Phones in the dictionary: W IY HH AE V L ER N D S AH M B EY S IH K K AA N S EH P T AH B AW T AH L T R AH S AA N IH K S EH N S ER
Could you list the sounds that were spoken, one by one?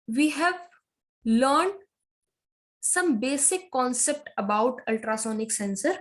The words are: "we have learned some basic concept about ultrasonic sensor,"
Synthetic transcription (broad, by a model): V IY HH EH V L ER N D S AH M B EY S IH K K AA N S EH P T AH B AW T AH L T R AH S AA N IH K S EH N S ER